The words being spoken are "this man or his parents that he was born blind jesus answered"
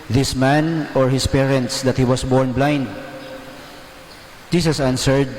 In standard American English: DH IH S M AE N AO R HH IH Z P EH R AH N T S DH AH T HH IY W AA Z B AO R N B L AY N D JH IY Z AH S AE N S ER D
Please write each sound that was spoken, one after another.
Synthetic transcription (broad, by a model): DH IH S M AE N AO R HH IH S P EH R AH N T S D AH T HH IY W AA S B AO R N B L AY N D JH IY S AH S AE N S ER D